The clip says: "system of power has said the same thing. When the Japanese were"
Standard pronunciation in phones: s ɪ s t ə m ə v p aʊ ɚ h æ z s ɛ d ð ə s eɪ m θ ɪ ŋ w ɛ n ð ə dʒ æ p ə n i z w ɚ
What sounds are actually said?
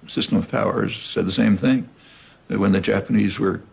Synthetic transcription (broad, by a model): s ɪ s t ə m ə v p aʊ ɚ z s ɛ d ð ə s eɪ m θ ɪ ŋ w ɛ n ð ə dʒ æ p ə n i z w ɚ